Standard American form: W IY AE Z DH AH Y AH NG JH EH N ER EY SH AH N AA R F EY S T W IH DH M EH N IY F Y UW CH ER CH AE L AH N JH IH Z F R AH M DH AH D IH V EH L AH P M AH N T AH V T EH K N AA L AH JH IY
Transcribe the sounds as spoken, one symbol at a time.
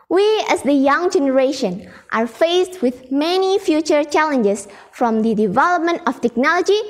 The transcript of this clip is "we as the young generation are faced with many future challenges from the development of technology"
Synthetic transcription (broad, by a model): W IY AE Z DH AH Y AH NG JH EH N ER EY SH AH N AA R F EY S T W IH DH M EH N IY F Y UW CH ER CH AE L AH N JH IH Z F R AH M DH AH D IH V EH L AH P M AH N T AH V T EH K N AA L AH JH IY